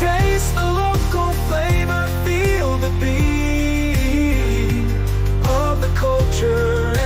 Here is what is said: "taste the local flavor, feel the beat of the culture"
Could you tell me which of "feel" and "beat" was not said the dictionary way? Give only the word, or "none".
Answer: beat